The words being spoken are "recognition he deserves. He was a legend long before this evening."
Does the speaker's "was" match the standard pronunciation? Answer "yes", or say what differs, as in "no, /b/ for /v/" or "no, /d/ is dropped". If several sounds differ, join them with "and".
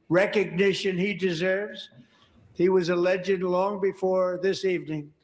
yes